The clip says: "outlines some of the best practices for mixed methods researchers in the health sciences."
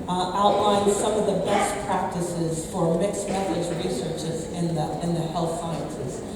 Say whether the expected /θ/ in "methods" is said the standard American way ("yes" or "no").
no